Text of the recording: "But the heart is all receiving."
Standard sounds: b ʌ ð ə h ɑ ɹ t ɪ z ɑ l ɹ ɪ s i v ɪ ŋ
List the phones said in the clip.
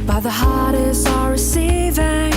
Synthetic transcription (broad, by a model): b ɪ ð ə h ɑ ɹ t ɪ s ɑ ɹ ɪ s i v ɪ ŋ